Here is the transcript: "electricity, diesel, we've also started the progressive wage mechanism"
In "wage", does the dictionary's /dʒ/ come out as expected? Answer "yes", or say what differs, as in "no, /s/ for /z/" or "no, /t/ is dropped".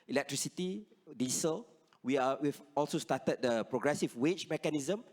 no, /tʃ/ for /dʒ/